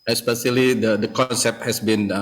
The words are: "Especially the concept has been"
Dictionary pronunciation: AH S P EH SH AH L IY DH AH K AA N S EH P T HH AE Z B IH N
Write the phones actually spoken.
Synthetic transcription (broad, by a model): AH S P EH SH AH L IY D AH K AA N S EH P T HH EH S B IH N